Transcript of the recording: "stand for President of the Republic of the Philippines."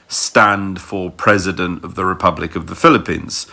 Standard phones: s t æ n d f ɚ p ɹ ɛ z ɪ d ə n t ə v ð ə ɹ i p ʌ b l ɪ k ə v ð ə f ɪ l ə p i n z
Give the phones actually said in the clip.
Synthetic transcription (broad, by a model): s t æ n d f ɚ p ɹ ɛ z ɪ d ə n t ə v ð ə ɹ i p ʌ b l ɪ k ə v ð ə f ɪ l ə p i n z